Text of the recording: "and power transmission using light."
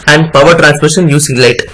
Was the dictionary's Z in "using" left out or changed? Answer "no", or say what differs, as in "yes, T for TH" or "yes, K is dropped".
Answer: yes, S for Z